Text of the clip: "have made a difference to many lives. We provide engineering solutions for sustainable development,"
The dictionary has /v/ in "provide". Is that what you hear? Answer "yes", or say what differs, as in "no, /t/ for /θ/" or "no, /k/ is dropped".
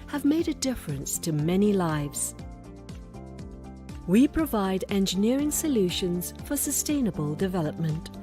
yes